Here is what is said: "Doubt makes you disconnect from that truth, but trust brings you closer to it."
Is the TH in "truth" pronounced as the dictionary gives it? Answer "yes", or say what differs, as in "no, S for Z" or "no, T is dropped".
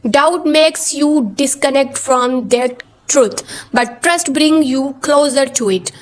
no, T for TH